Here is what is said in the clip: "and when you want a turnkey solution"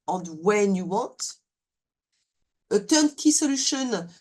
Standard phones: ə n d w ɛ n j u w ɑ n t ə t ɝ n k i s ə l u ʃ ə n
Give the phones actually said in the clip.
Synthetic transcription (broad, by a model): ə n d w ɛ n j u w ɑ t ə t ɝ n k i s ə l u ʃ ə n